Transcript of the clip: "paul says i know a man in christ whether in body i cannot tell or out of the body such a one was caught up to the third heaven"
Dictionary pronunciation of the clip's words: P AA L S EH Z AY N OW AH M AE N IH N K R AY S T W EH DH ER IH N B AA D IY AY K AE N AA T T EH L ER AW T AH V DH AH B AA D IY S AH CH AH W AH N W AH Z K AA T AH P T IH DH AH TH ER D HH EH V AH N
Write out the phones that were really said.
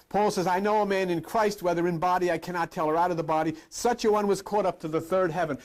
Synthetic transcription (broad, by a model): P AA L S EH Z AY N OW AH M AE N IH N K R AY S T W EH DH ER IH N B AA D IY AY K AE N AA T T EH L ER AW T AH V DH AH B AA D IY S AH CH AH W AH N W AH Z K AA T AH P T IH DH AH TH ER D HH EH V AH N